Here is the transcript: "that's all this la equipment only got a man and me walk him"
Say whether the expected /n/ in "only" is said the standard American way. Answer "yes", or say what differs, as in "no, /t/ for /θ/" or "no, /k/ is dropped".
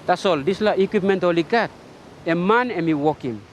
no, /n/ is dropped